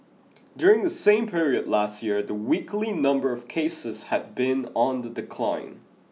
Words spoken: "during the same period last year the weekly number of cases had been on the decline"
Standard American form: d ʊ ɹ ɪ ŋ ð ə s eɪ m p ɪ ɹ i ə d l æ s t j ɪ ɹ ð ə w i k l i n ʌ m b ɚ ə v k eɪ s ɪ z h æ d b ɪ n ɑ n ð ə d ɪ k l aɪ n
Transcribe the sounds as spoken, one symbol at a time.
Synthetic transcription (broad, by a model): d ʊ ɹ ɪ ŋ ð ə s eɪ m p ɪ ɹ i ə d l æ s t j ɪ ɹ ð ə w i k l i n ʌ m b ɚ ə v k eɪ s ɪ z h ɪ d b ɪ n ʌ n ð ə d ɪ k l aɪ n